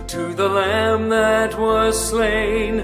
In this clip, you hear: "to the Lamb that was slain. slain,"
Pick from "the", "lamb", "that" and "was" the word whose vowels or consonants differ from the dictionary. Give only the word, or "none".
none